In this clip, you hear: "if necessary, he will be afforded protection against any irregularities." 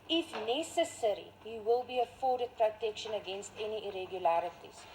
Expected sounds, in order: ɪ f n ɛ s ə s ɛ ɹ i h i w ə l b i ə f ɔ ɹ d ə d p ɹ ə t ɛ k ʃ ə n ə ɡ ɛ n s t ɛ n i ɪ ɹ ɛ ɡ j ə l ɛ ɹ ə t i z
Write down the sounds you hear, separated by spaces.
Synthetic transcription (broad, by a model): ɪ f n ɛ s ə s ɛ ɹ i h i w ə l b i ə f ɔ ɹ d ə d p ɹ ə t ɛ k ʃ ə n ə ɡ ɛ n s t ɛ n i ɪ ɹ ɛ ɡ j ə l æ ɹ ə t i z